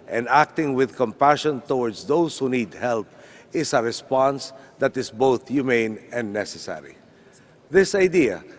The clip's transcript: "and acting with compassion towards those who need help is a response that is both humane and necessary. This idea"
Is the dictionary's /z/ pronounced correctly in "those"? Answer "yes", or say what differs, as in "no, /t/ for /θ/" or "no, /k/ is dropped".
no, /s/ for /z/